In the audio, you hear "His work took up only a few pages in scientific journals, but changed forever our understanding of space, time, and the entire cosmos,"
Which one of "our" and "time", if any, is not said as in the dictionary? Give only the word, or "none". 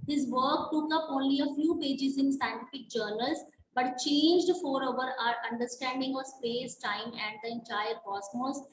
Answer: none